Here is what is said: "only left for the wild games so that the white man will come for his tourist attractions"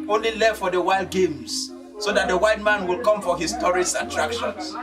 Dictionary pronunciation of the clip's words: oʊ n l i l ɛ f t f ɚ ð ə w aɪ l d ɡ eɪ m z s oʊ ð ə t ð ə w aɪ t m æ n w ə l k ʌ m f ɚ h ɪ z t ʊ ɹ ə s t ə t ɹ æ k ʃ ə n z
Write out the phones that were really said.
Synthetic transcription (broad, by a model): oʊ n l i l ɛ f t f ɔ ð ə w aɪ l d ɡ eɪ m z s oʊ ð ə t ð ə w aɪ t m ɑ n w ə l k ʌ m f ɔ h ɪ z t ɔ ɹ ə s ə t ɹ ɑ k ʃ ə n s